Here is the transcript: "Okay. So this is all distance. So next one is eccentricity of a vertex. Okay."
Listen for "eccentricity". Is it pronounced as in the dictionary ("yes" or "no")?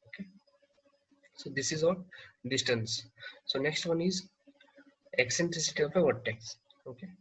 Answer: yes